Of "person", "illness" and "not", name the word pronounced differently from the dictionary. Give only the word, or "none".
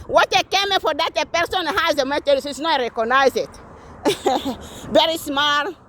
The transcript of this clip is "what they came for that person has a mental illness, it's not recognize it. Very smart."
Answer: illness